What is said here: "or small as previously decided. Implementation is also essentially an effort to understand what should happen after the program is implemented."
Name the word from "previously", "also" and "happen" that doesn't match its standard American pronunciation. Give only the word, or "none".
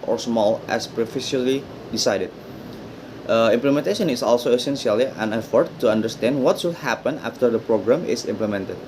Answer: previously